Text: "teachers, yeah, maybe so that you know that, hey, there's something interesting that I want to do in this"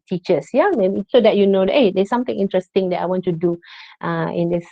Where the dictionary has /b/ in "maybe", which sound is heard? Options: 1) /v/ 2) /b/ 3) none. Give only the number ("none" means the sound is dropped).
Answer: 3